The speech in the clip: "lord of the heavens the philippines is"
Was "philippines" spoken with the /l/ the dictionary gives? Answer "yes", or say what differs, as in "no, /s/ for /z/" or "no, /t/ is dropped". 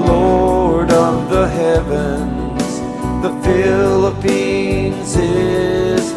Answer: yes